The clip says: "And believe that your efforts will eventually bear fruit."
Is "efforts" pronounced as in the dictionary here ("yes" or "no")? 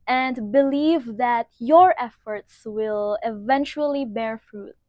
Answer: yes